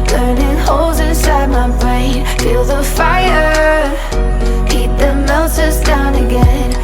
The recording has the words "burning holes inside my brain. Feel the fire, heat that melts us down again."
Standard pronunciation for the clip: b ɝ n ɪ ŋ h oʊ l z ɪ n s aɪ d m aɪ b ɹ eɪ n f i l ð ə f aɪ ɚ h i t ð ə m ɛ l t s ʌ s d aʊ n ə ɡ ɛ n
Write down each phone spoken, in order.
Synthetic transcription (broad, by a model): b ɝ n ɪ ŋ h oʊ l z ɪ n s aɪ d m aɪ b ɹ eɪ n f i l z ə f aɪ ɚ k i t ð ə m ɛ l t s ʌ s d aʊ n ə ɡ ɛ n